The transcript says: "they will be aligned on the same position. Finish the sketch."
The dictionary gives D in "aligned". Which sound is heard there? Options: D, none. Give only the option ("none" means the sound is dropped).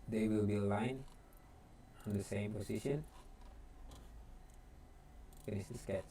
none